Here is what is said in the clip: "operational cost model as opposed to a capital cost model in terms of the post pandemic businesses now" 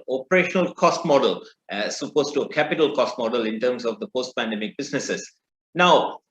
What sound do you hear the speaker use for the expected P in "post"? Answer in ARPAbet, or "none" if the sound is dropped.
P